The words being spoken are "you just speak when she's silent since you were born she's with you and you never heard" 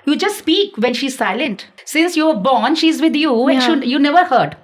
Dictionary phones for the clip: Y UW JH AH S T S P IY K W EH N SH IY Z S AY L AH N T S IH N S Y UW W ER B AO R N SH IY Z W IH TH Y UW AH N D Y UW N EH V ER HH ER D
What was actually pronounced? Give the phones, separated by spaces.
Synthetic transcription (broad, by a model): Y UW JH AH S T S P IY K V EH N SH IY Z S AY L AH N T S IH N S Y UW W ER B AO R N SH IY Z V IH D Y UW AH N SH Y UW N EH V ER HH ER D